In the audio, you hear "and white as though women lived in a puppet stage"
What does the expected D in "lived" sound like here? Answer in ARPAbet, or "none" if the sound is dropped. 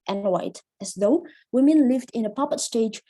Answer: D